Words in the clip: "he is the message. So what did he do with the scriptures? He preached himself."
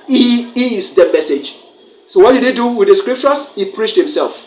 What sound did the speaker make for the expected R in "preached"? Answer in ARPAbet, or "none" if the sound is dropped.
R